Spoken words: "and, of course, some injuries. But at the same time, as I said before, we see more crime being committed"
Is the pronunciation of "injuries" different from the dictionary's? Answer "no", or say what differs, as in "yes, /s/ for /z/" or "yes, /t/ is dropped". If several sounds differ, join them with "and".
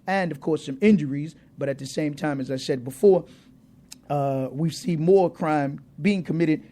no